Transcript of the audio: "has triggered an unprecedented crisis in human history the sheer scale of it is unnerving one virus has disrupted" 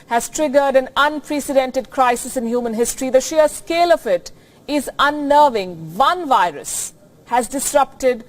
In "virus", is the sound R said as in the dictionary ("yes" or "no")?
yes